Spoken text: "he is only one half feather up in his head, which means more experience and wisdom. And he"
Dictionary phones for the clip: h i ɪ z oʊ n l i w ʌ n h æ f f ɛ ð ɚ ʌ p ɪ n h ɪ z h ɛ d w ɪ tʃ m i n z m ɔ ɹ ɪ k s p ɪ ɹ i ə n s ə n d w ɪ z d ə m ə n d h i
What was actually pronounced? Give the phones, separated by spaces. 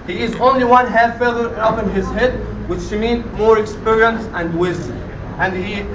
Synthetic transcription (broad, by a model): h i ɪ z oʊ n l i w ʌ n h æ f f ɛ ð ɚ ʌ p ɪ n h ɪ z h ɛ d w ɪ ʃ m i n m ɔ ɹ ɪ k s p ɪ ɹ i ə n s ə n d w ɪ z d ə m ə n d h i